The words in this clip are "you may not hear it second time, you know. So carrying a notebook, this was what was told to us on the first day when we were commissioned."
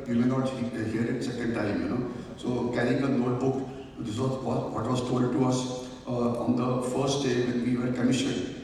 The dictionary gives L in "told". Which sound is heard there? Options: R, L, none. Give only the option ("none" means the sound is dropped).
none